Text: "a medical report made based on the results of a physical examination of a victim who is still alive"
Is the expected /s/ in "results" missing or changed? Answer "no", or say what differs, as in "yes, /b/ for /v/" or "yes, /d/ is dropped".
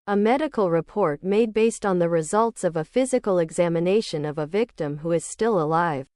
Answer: no